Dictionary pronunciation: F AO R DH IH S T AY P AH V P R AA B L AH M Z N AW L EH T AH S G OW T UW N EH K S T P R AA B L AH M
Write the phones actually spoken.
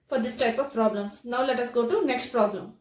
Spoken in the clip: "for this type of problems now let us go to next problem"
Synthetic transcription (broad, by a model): F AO R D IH S T AY P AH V P R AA B L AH M S N AW L EH T AH S G OW T UW N EH K S T P R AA B L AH M